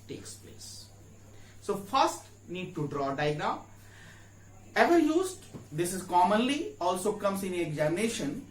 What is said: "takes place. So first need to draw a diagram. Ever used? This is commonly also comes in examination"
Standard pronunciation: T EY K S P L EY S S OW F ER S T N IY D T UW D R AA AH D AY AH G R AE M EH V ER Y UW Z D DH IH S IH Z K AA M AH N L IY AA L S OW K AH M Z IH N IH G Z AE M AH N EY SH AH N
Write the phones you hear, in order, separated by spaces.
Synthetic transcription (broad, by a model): T EY K S P L EY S S OW F ER S T N IY D T UW D R AA D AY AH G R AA EH V ER Y UW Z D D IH S IH Z K AA M AH N L IY AA L S OW K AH M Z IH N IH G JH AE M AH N EY SH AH N